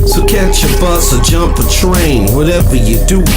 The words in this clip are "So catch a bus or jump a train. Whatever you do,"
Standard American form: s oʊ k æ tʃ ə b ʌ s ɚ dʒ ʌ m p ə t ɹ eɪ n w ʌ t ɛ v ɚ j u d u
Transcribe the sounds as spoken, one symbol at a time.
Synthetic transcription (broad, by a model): s oʊ k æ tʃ ə b ʌ s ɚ dʒ ʌ m p ə t ɹ eɪ n w ʌ t ɛ v ɚ j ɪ d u